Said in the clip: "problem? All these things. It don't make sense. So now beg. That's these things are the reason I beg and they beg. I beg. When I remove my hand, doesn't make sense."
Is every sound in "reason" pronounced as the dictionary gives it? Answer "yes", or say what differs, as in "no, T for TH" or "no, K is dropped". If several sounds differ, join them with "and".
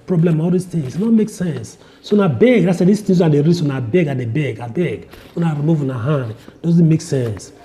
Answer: no, S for Z